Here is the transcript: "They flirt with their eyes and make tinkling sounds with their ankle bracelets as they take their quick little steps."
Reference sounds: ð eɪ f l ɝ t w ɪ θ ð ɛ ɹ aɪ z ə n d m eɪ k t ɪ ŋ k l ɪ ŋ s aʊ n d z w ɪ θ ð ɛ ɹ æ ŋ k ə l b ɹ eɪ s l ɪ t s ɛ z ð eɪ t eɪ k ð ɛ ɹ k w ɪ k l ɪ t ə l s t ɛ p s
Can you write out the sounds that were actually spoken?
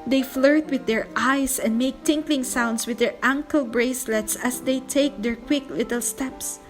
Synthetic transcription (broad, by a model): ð eɪ f l ɝ t w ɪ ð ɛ ɹ aɪ s ə n d m eɪ k t ɪ ŋ k l ɪ ŋ s aʊ n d s w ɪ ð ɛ ɹ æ ŋ k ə l b ɹ eɪ s l ɪ t s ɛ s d eɪ t eɪ k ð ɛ ɹ k w ɪ k l ɪ t ə l s t ɛ p s